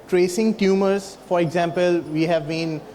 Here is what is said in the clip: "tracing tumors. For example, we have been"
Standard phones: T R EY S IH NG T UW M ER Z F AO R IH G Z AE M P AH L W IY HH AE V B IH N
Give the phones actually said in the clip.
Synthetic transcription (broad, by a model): T R EY S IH NG T UW M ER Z F AO R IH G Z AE M P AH L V IY HH AE V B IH N